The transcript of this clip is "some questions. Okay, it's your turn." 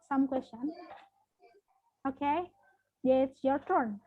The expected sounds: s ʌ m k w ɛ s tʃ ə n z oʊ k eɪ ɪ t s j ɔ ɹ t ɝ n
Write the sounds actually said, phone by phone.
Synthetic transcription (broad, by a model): s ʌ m k w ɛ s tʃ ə n oʊ k eɪ ɪ t s j ɔ ɹ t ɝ n